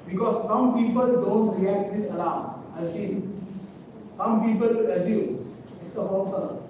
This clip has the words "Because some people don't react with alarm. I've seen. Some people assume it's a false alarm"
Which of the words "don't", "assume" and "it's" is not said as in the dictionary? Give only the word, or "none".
assume